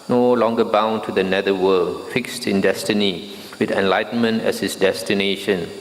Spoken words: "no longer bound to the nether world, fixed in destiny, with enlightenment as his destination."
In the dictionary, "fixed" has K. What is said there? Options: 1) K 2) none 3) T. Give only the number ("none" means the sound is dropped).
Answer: 1